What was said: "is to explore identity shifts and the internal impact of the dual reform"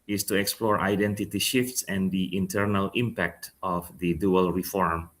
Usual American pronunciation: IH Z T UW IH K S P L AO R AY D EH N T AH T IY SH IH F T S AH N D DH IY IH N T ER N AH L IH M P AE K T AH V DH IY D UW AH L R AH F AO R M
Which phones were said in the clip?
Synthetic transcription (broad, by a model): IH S T UW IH K S P L AO R AY D EH N T AH T IY SH IH F T S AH N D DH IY IH N T ER N AH L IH M P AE K T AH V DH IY D UW AH L R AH F AO R M